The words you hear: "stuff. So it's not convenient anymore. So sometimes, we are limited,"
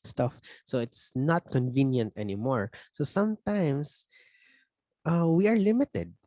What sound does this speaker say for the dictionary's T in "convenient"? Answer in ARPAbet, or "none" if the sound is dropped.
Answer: T